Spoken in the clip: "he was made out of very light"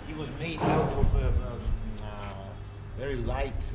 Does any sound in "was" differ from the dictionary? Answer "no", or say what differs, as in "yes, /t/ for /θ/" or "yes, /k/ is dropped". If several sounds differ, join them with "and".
no